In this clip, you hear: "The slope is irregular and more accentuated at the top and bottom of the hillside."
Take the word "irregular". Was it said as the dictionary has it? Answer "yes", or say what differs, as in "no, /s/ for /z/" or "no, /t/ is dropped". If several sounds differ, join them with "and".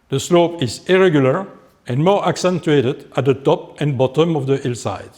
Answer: yes